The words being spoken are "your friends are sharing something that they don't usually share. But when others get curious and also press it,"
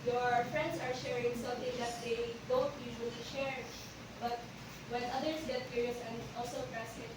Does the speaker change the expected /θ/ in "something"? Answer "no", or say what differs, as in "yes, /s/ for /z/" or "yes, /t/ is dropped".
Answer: yes, /t/ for /θ/